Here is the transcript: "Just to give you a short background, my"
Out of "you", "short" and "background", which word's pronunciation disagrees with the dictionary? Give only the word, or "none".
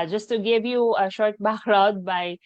background